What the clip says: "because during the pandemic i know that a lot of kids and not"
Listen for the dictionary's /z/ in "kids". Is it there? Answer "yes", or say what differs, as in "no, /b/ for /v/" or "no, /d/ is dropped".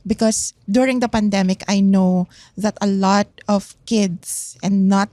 no, /s/ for /z/